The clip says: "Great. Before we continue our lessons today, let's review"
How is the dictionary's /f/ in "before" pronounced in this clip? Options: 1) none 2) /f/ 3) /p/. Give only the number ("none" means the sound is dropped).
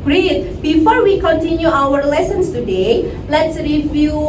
2